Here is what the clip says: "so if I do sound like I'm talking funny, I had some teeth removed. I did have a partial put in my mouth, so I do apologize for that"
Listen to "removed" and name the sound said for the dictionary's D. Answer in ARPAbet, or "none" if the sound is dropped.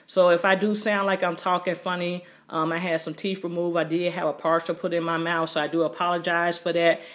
none